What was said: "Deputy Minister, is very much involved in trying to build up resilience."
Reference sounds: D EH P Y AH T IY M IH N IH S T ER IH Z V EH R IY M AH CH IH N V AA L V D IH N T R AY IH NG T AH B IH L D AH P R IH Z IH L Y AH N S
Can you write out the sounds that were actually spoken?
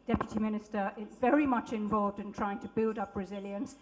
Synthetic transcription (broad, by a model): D EH P Y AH T IY M IH N IH S T ER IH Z V EH R IY M AH CH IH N V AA L V D IH N T R AY IH NG T AH B IH L D AH P R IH Z IH L Y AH N S